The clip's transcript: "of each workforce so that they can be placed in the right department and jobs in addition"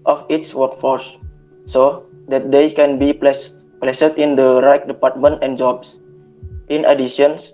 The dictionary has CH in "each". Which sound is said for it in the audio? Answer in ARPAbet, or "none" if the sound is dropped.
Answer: S